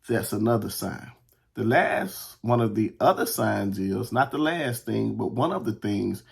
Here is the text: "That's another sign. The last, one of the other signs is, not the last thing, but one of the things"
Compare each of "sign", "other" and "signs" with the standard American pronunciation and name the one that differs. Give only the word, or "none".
none